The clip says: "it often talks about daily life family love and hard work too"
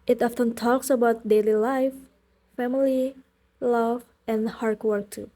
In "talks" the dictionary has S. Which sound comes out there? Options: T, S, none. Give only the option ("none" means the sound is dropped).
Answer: S